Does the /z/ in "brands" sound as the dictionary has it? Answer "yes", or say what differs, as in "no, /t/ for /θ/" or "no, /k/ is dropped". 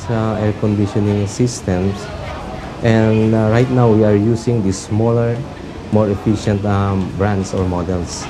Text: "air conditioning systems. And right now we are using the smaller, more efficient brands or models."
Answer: no, /s/ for /z/